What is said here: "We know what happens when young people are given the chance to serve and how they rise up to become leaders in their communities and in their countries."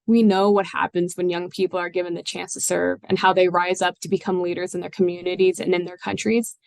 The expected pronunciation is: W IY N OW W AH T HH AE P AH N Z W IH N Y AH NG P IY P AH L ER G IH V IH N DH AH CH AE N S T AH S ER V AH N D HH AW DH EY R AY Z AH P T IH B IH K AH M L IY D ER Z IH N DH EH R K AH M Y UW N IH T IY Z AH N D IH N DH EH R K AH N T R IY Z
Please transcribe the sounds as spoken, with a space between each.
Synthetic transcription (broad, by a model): W IY N OW W AH T HH AE P AH N Z W IH N Y AH NG P IY P L ER G IH V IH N DH AH CH AE N S T AH S ER V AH N HH AW DH EY R AY Z AH P T IH B IH K AH M L IY D ER Z IH N DH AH R K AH M Y UW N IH T IY Z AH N IH N DH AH R K AH N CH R IY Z